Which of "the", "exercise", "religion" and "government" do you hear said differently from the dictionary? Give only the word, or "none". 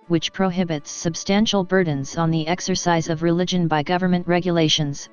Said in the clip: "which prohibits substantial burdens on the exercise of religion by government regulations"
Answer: none